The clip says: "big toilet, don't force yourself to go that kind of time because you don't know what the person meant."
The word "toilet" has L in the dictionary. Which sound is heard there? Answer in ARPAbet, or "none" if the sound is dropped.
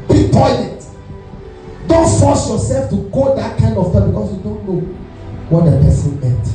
N